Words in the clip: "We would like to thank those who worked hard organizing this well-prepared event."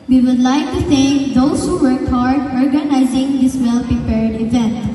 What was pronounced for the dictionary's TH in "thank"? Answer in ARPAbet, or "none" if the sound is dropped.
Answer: S